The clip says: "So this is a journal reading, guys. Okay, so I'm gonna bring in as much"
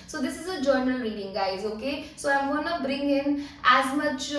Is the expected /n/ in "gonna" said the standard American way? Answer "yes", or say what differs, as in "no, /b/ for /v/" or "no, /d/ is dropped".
yes